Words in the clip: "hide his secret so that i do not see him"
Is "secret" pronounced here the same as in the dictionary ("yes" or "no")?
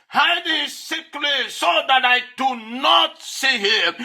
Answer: no